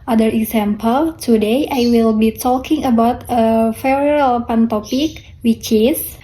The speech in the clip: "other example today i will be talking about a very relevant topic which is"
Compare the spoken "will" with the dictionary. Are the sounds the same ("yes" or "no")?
yes